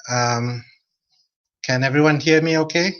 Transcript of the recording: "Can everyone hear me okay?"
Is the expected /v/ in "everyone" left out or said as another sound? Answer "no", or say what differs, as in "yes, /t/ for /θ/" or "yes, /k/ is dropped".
no